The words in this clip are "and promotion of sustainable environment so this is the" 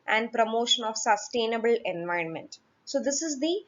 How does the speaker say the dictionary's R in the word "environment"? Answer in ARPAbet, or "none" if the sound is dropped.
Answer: R